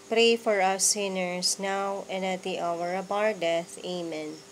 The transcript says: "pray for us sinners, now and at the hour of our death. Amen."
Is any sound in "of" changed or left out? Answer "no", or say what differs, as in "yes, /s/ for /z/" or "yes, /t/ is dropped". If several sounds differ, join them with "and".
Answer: yes, /b/ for /v/